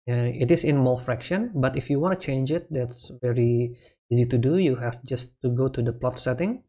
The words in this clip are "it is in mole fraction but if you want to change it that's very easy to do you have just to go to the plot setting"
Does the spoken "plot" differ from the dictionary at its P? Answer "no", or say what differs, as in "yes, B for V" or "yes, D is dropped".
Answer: no